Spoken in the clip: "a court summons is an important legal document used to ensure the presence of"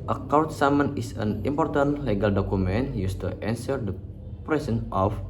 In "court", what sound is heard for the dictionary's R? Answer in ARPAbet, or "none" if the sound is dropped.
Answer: W